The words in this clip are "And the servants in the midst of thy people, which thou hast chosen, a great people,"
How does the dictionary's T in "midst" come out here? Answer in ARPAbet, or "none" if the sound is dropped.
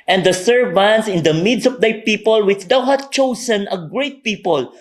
none